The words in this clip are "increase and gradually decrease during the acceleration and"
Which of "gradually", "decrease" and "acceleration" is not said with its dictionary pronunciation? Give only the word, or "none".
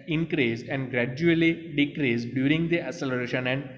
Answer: acceleration